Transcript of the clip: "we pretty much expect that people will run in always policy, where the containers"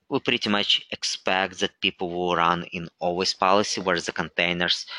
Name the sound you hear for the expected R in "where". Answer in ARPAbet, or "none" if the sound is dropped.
R